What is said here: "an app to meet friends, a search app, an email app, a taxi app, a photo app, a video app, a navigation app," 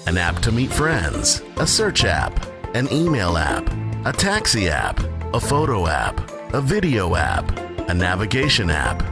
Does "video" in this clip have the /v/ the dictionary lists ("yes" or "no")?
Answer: yes